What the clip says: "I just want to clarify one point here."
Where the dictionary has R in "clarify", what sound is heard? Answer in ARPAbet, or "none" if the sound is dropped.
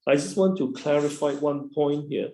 R